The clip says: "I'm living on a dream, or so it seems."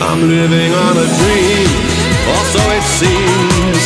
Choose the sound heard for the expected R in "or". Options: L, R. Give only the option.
L